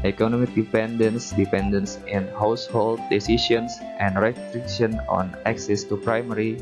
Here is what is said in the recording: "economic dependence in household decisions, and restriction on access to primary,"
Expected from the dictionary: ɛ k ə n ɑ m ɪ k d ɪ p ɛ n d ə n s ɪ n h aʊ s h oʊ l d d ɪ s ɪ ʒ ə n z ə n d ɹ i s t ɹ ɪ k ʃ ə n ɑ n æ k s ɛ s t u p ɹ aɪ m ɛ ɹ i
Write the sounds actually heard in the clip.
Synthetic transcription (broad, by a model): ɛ k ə n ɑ m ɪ k d ɪ p ɛ n d ə n s ɪ n h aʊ s h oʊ l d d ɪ s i ʃ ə n s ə n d ɹ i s t ɹ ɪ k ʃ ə n ɑ n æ k s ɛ s t u p ɹ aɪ m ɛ ɹ i